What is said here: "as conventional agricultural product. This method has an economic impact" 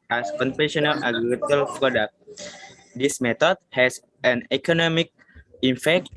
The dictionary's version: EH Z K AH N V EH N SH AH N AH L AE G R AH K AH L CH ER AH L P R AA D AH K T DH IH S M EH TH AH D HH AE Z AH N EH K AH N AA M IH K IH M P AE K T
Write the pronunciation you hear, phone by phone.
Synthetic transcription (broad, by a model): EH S K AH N F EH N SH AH N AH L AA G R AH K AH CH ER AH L P R AA D AH K T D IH S M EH T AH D HH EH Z AH N EH K AH N AA M IH K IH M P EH K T